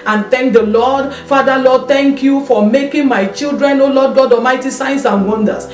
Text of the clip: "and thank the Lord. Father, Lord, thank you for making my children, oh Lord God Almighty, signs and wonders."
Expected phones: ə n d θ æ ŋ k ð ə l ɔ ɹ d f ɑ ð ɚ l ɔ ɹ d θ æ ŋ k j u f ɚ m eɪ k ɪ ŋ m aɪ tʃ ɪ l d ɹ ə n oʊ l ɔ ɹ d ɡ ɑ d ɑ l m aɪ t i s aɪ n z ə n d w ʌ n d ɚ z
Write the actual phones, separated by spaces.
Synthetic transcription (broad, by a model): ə n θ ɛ ŋ k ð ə l ɔ d f ɑ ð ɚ l ɔ d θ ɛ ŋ k j u f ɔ m eɪ k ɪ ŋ m aɪ tʃ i l d ɹ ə n oʊ l ɔ d ɡ ɑ d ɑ m aɪ t i s aɪ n s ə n w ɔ n d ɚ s